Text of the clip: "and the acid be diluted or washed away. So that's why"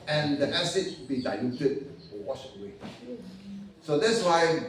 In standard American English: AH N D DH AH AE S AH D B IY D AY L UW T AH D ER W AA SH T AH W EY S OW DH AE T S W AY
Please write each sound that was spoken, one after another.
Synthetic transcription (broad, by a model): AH N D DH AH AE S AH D B IY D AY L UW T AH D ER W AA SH AH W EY S OW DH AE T S W AY